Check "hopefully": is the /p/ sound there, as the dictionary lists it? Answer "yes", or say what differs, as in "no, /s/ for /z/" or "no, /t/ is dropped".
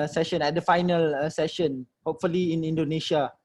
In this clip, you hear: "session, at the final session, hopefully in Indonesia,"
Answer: yes